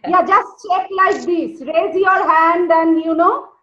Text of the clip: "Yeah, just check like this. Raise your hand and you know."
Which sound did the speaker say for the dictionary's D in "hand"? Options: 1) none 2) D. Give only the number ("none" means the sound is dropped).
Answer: 2